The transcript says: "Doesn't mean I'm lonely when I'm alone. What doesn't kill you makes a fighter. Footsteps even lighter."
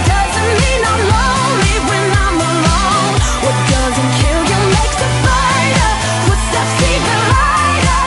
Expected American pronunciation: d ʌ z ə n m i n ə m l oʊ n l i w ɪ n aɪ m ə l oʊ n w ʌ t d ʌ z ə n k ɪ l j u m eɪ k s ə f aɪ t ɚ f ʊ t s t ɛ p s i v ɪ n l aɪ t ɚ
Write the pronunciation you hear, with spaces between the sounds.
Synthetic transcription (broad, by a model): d ʌ z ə n m i n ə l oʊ l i w ɪ n aɪ m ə l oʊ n w ʌ t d ʌ z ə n k ɪ l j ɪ m eɪ k s ə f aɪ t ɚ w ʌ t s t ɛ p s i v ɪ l aɪ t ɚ